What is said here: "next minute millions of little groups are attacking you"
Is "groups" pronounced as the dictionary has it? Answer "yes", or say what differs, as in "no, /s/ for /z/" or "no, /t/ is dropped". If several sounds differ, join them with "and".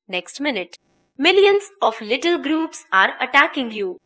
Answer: yes